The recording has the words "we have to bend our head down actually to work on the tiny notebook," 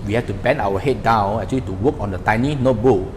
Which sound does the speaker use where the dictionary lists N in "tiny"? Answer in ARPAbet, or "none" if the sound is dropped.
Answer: N